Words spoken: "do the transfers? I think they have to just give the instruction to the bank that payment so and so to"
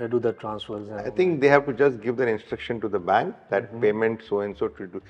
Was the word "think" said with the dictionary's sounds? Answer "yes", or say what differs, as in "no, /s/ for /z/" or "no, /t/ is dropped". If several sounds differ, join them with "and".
no, /t/ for /θ/